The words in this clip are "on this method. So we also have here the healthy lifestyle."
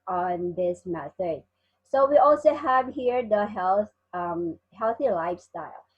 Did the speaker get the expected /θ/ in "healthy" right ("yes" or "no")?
yes